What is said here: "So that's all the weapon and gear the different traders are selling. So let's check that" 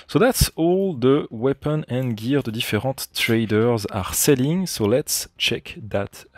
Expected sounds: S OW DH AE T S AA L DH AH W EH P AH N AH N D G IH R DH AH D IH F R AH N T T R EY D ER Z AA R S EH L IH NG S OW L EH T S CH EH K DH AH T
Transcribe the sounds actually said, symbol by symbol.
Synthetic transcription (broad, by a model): S OW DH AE T S AA L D AH W EH P AH N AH N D G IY R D AH D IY F R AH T T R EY D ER Z AA R S EH L IH NG S OW L EH T S CH EH K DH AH T